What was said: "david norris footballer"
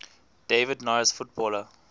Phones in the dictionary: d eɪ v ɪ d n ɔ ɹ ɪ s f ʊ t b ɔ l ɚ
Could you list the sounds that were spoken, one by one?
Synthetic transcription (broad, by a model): d eɪ v ɪ d n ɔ ɪ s f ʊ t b ɔ l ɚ